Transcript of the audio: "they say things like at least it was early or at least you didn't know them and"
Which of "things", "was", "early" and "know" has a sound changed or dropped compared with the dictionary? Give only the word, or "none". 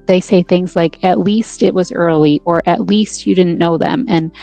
none